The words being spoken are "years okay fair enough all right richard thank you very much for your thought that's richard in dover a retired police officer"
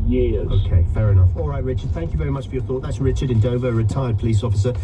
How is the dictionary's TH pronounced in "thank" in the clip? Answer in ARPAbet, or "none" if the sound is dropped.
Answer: TH